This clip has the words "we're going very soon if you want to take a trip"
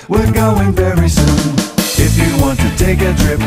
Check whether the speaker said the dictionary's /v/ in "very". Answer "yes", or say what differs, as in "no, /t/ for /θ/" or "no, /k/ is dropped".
yes